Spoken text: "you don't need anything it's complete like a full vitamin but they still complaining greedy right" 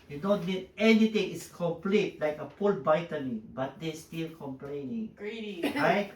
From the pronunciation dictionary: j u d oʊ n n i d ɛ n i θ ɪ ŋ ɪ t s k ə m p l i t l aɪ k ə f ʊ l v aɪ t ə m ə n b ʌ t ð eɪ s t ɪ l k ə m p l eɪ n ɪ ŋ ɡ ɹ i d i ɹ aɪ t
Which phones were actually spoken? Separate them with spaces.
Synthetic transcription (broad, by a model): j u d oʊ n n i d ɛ n i t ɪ ŋ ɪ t s k ə m p l i t l aɪ k ə p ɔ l b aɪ t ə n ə b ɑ t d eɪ s t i l k ə m p l eɪ n ɪ ŋ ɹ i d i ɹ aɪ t